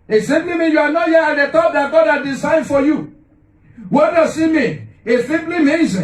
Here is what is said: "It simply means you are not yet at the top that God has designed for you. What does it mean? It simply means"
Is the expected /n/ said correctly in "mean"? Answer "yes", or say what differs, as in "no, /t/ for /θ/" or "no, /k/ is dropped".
no, /n/ is dropped